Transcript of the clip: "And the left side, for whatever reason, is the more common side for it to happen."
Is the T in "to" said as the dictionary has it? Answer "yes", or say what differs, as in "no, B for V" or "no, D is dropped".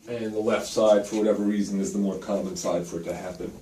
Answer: yes